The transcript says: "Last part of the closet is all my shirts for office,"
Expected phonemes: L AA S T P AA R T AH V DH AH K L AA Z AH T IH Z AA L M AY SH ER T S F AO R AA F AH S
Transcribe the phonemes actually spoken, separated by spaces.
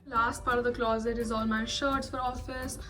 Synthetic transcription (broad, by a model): L AA S T P AA R T AH V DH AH K L AA Z AH T IH Z AA L M AY SH ER T S F AO R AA F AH S